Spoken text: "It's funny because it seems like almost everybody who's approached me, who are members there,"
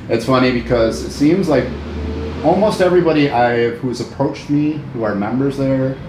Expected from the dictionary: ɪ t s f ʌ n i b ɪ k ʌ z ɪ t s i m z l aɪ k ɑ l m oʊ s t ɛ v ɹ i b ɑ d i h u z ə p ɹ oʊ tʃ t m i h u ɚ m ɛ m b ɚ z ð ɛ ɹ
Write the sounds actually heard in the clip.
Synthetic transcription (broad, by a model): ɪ t s f ʌ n i b ɪ k ʌ z ɪ t s i m z l aɪ k ɑ l m oʊ s t ɛ v ɹ i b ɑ d i h u z ə p ɹ oʊ tʃ t m i h u ɚ m ɛ m b ɚ z ð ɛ ɹ